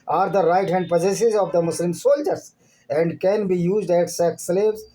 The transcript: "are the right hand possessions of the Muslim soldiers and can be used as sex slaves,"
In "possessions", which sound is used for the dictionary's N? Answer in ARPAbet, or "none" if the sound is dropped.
none